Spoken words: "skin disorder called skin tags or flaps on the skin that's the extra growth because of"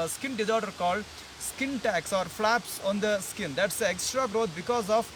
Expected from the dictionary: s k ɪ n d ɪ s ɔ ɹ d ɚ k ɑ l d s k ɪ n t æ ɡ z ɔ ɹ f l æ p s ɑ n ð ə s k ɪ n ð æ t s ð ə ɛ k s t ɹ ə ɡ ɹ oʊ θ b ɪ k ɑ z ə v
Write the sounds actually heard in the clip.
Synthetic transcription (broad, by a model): s k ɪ n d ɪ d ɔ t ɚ k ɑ l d s k ɪ n t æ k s ɔ ɹ f l æ p s ɑ n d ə s k ɪ n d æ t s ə ɛ k s t ɹ ə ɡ ɹ oʊ t b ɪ k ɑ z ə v